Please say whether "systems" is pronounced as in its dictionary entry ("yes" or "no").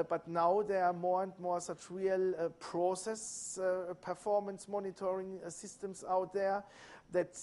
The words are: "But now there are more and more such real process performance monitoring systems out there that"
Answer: no